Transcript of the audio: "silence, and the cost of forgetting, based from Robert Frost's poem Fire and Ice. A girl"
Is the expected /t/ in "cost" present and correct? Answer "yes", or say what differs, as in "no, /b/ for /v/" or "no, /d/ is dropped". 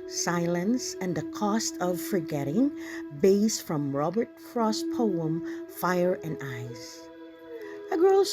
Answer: yes